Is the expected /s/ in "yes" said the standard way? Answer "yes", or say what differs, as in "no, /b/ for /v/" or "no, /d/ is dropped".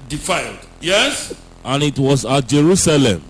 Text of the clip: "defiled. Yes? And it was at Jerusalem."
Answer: yes